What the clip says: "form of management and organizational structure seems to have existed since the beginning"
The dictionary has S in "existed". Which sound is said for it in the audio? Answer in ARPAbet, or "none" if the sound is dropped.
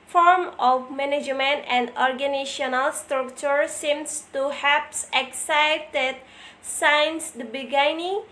none